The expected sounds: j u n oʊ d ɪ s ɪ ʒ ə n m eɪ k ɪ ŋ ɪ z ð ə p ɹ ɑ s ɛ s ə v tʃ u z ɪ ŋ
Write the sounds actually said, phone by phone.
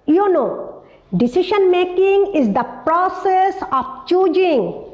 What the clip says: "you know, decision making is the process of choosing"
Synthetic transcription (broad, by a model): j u n oʊ d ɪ s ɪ ʃ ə n m eɪ k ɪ ŋ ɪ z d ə p ɹ ɑ s ɛ s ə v tʃ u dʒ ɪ ŋ